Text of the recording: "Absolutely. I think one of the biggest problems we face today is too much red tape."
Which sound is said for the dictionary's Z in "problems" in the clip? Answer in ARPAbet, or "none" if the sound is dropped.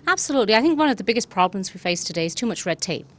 Z